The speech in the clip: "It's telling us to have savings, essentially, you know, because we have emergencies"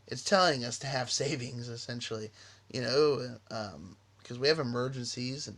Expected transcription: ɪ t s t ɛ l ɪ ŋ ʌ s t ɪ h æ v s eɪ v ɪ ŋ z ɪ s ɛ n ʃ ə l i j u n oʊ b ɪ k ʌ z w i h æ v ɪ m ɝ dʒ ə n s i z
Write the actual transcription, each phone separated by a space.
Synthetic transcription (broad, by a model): ɪ t s t ɛ l ɪ ŋ ʌ s t ɪ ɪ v s eɪ v ɪ ŋ z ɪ s ɛ n ʃ l i j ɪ n oʊ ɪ k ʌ z w i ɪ v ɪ m ɝ dʒ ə n s i z